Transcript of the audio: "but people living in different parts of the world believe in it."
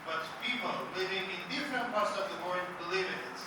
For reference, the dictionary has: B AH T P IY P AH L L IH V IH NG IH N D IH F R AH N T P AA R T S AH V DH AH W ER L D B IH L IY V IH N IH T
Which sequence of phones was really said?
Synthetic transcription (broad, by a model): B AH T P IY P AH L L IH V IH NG IH N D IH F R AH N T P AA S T AH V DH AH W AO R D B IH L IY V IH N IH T